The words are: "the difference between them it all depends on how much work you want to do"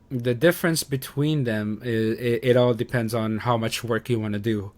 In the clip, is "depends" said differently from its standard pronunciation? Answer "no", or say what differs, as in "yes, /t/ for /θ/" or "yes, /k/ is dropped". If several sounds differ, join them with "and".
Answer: no